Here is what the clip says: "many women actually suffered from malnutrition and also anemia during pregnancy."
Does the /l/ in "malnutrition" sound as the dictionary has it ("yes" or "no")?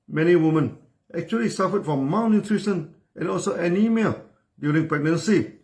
no